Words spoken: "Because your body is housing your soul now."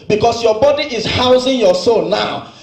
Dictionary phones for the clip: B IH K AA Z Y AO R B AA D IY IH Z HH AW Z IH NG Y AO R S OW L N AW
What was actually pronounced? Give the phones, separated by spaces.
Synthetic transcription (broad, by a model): B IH K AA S Y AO B AA D IY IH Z HH AW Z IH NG Y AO S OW N N AW